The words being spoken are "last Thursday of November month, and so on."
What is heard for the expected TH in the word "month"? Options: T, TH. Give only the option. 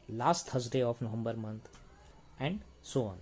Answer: T